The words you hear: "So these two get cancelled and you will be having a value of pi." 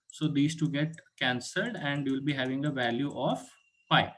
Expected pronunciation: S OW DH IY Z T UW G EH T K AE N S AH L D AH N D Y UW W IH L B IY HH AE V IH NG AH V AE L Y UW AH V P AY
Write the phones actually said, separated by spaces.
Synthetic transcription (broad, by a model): S OW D IY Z T UW G EH T K AE N S AH L D AH N D Y UW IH L B IY HH AE V IH NG AH V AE L Y UW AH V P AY